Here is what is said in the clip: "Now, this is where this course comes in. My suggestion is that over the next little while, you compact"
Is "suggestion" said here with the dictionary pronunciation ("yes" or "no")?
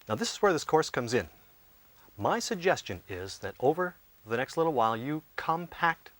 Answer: yes